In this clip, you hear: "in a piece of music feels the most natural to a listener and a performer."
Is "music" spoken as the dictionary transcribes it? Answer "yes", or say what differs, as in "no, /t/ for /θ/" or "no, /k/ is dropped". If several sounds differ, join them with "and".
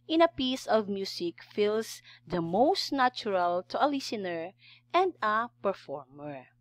no, /s/ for /z/